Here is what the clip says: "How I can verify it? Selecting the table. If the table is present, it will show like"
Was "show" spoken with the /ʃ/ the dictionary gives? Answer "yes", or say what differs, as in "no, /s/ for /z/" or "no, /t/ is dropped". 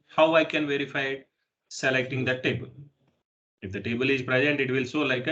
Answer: no, /s/ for /ʃ/